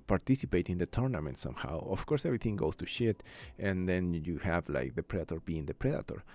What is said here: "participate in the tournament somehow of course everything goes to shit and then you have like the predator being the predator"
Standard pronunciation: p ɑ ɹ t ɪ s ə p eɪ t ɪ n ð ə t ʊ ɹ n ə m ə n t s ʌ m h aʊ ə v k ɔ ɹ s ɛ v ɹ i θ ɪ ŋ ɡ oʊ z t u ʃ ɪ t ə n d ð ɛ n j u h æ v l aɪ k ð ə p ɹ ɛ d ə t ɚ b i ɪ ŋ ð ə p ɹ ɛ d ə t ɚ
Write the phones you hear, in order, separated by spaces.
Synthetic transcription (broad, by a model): p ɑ ɹ t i s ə p eɪ t ɪ n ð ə t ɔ ɹ n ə m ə n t s ʌ m h aʊ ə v k ɔ ɹ s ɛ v ɹ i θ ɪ ŋ ɡ oʊ s t u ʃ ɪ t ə n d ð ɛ n j u h æ v l aɪ k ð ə p ɹ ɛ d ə t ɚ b i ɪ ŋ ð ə p ɹ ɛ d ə t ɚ